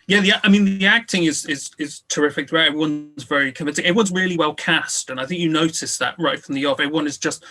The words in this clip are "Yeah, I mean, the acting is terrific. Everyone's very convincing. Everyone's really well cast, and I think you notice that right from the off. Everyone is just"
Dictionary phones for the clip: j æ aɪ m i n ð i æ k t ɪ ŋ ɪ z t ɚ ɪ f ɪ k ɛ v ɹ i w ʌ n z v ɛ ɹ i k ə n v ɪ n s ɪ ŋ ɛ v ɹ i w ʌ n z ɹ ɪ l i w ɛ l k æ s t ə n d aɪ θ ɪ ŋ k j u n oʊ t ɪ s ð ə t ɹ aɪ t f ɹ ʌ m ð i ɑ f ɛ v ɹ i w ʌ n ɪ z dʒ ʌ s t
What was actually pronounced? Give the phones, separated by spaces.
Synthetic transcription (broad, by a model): j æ aɪ m i n ð i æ k t ɪ ŋ ɪ z t ɚ ɪ f ɪ k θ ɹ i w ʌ n z v ɛ ɹ i k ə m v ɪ n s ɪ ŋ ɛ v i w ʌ n z ɹ ɪ l i w ɛ l k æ s t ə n aɪ θ ɪ ŋ k j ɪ n oʊ t ɪ s ð ə t ɹ aɪ t f ɹ ʌ m ð i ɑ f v i w ʌ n ɪ z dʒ ʌ s t